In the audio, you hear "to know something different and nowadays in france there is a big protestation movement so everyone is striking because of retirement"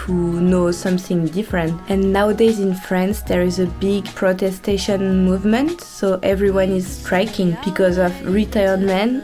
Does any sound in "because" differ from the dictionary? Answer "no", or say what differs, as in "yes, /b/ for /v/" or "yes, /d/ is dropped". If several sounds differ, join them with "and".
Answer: no